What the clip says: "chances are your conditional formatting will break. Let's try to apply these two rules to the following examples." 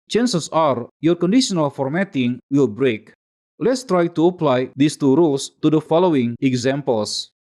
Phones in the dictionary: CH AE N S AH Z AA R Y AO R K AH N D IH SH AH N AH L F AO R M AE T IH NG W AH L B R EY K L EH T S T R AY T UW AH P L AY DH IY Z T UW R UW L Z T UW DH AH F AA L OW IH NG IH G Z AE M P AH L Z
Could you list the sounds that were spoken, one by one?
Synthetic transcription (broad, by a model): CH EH N S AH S AA R Y AO R K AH N D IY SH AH N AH L F AO R M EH T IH NG W AH L B R EY K L EH T S T R AY T UW AH P L AY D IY S T UW R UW L S T UW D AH F AA L OW IH NG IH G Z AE M P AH L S